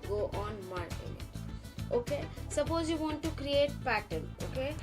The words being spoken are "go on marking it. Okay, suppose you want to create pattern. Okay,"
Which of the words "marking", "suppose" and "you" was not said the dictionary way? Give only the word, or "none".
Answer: marking